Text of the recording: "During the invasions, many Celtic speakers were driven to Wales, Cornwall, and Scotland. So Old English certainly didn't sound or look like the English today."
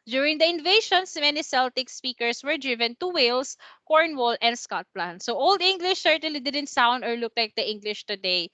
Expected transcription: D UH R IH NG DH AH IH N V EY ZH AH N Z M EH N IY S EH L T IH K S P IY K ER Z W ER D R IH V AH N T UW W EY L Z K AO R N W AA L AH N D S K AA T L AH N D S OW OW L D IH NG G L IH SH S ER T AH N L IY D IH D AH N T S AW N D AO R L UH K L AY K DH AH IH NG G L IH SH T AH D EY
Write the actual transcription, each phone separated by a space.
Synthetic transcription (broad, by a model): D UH R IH NG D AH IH N V EY SH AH N S M EH N IY S EH L T IH K S P IY K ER S W ER D R IH V AH N T UW W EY L S K AO R N W AA L AH N D S K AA T L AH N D S OW OW L D IH NG G L IH SH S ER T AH L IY D IH D AH N T S AW N D AO R L UH K L AY K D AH IH NG G L IH SH T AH D EY